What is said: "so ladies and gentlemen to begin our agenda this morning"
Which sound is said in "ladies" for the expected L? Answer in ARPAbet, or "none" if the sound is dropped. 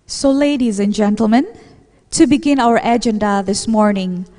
L